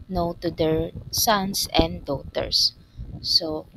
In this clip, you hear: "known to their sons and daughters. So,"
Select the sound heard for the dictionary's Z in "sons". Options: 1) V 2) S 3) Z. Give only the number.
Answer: 2